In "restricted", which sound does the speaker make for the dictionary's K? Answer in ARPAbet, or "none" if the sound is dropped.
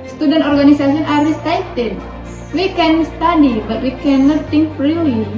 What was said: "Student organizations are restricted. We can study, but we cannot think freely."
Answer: none